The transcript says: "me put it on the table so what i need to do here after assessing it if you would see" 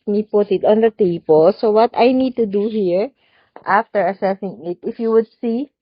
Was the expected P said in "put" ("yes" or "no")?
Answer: yes